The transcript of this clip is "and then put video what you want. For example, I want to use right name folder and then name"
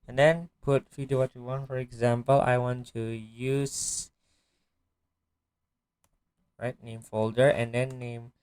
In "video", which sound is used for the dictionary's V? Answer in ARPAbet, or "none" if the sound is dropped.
F